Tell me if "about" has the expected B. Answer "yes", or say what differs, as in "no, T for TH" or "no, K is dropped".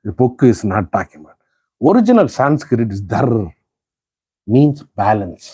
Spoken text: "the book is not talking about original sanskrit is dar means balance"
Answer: no, B is dropped